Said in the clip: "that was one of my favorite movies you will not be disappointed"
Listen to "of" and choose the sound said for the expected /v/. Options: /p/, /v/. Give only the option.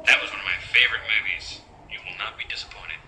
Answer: /v/